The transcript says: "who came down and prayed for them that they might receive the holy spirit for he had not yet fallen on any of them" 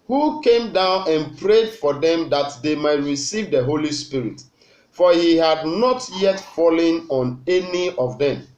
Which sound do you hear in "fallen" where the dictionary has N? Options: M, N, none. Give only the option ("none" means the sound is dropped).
N